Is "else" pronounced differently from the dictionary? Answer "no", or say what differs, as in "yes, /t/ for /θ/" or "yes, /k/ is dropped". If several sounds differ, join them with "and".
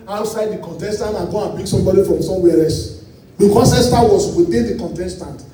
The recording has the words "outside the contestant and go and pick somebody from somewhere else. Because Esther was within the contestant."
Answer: yes, /l/ is dropped